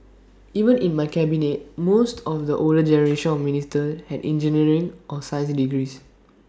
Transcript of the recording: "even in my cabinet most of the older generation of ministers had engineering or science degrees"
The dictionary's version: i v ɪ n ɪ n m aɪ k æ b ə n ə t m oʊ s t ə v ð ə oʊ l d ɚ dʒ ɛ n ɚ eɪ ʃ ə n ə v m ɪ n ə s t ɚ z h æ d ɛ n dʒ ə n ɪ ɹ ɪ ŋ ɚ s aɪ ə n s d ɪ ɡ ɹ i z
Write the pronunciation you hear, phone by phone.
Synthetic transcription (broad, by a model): i v ɪ n ɪ n m aɪ k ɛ b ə n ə t m oʊ s t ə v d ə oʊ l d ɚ dʒ ɛ n ɚ eɪ ʃ ə n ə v m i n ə s t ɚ h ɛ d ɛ n dʒ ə n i ɹ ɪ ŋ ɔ s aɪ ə s d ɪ ɡ ɹ i s